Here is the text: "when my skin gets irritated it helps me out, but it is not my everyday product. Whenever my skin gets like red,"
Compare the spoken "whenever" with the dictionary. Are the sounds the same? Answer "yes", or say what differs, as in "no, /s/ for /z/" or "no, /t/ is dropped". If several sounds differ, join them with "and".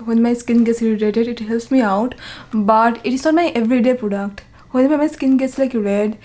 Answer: no, /v/ is dropped